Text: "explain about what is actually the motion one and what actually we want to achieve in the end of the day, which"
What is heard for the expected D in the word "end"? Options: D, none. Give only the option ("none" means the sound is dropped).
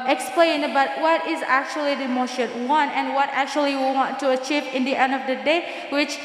D